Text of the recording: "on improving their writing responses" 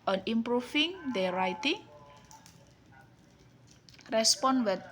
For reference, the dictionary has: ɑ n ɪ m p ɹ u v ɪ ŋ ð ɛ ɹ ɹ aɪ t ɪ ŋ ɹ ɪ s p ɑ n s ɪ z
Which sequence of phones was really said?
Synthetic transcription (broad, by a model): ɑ n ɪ m p ɹ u f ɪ ŋ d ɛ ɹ ɹ aɪ t ɪ ŋ ɹ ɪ s p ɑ n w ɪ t